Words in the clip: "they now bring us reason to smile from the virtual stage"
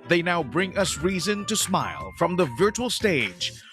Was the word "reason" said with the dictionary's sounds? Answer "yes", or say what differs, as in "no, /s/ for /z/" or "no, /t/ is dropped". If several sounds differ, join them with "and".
yes